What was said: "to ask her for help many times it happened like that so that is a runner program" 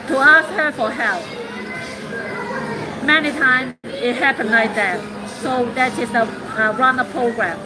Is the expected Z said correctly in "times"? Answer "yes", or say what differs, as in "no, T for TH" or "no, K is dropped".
no, Z is dropped